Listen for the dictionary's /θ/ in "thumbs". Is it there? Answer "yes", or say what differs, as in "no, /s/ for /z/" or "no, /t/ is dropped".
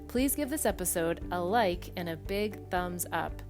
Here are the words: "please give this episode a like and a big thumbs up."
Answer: yes